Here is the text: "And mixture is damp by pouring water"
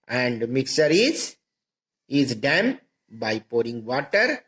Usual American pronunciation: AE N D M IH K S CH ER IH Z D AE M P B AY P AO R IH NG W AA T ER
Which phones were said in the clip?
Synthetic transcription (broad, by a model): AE N D M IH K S ER IH Z D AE M B AY P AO R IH NG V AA T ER